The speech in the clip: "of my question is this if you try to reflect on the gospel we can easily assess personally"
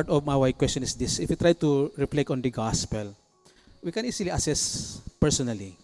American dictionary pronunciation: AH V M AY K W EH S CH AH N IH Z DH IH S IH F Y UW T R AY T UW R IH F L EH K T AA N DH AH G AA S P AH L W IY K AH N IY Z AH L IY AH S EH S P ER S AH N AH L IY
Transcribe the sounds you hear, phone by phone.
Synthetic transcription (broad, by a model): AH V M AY K W EH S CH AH N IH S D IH S IH F Y UW T R AY T UW R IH P L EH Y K AA N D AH G AA S P AH L W IY K AH N IY S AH L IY AH S EH S P ER S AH N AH L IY